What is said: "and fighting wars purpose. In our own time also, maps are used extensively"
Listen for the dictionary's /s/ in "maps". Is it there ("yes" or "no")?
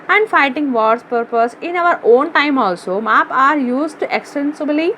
no